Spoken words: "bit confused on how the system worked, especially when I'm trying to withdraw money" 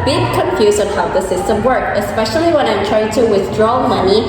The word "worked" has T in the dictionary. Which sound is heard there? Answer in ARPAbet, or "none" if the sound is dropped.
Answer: none